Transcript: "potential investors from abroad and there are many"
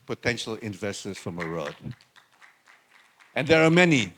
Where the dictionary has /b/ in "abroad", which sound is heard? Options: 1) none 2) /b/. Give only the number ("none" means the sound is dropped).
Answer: 1